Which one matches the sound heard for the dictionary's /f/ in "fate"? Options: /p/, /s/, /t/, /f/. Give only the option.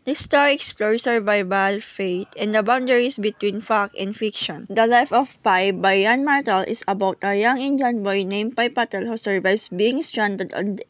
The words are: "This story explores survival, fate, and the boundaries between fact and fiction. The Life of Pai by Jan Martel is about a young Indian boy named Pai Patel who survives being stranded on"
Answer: /f/